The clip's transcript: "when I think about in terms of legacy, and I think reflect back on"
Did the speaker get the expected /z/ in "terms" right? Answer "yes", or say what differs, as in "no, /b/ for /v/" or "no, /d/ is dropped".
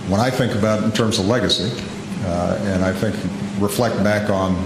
yes